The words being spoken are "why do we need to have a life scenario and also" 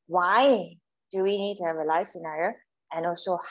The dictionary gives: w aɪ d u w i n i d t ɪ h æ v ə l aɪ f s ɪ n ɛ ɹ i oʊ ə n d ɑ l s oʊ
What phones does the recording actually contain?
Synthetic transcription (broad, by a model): w aɪ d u w i n i d t ɪ h æ v ə l aɪ f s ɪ n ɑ i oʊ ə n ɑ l s oʊ